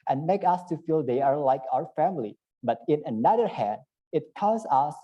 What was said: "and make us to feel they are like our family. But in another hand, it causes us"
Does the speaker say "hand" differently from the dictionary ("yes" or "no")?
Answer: no